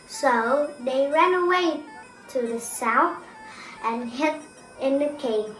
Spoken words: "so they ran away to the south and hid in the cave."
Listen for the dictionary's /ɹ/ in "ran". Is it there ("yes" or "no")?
yes